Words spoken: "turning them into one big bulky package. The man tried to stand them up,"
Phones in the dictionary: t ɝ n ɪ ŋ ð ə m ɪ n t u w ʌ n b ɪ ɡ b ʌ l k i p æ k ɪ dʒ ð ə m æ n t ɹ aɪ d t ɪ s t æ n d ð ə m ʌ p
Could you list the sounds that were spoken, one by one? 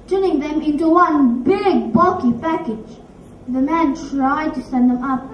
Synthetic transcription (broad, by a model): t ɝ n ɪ ŋ ð ə m ɪ n t u w ʌ n b ɪ ɡ b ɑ k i p æ k ɪ dʒ ð ə m æ n t ɹ aɪ d t ɪ s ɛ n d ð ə m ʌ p